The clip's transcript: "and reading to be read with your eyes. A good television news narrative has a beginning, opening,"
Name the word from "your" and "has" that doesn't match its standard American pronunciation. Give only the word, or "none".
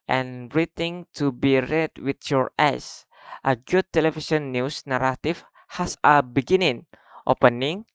has